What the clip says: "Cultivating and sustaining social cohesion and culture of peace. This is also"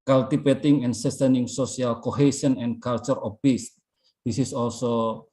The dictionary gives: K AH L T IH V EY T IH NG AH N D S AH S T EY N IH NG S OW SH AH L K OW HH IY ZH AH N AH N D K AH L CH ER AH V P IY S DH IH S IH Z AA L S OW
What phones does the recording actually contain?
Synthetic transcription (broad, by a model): K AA L T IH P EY T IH NG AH N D S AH S T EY N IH NG S OW S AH L K OW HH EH S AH N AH N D K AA L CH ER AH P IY S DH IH S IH S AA L S OW